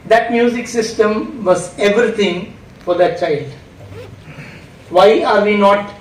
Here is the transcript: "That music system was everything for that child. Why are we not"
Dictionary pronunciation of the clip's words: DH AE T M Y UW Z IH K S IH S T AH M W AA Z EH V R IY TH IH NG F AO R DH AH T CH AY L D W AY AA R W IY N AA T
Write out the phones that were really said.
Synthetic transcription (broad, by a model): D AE T M Y UW Z IH K S IH S T AH M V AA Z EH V R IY T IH NG F AO R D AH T CH AY L D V AY AA R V IY N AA T